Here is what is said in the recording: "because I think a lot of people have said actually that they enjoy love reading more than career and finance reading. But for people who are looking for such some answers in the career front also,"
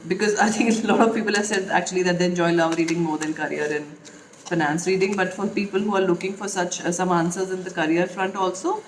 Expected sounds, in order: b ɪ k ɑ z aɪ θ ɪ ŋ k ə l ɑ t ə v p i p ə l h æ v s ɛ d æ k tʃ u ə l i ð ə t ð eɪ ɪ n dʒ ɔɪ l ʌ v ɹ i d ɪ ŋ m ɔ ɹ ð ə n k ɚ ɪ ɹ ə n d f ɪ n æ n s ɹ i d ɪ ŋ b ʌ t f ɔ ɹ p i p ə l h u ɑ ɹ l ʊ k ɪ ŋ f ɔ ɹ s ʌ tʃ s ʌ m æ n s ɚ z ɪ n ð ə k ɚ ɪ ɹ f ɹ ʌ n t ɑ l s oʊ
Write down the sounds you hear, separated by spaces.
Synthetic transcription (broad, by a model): b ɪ k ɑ z aɪ t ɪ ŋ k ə l ɑ t ə v p i p ə l h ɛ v s ɛ d æ k tʃ u ə l i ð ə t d eɪ ɪ n dʒ ɔɪ l ʌ v ɹ i d ɪ ŋ m ɔ ɹ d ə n k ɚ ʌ ɹ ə n f ɪ n æ n s ɹ i d ɪ ŋ b ʌ t f ɔ ɹ p i p ə l h u ɑ ɹ l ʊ k ɪ ŋ f ɔ ɹ s ʌ tʃ s ʌ m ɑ n s ɚ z ɪ n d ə k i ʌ ɹ f ɹ ʌ n t ɑ l s oʊ